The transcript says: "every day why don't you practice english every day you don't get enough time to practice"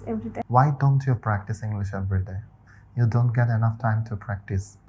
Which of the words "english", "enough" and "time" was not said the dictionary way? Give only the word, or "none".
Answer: none